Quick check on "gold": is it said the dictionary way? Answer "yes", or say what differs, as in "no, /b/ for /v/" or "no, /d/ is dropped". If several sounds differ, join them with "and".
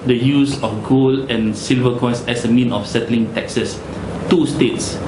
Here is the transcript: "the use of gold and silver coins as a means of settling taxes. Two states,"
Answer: no, /d/ is dropped